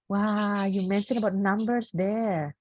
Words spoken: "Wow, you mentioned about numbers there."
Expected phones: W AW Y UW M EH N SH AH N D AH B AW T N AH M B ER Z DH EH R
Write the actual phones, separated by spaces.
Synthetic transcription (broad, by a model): W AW Y UW M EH N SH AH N AH B AW T N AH M B ER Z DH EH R